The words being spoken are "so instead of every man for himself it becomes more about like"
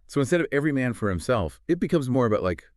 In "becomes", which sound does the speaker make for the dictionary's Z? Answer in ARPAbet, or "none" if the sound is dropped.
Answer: Z